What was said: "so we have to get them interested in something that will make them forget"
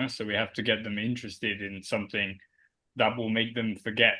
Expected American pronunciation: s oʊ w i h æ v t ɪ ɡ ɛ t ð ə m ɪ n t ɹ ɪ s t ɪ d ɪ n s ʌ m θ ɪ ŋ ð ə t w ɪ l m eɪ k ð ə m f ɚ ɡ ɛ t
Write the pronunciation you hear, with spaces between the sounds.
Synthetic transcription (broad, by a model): s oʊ w i h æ f t ɪ ɡ ɛ t ð ə m ɪ n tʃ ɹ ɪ s t ɪ d ɪ n s ʌ m θ ɪ ŋ ð ə t w ɪ l m eɪ k ð ə m f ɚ ɡ ɛ t